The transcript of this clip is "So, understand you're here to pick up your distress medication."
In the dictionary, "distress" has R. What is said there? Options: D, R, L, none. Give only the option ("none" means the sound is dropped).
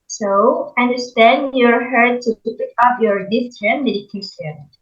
none